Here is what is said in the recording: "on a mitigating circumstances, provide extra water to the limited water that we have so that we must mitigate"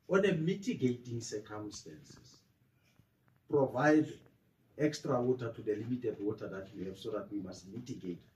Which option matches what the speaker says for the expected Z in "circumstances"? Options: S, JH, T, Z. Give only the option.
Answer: S